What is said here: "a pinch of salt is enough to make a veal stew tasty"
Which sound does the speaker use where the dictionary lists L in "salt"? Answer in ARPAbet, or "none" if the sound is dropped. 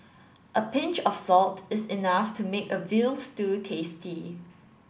L